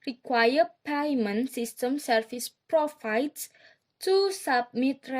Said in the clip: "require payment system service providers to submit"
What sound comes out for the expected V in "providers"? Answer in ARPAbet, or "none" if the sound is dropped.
F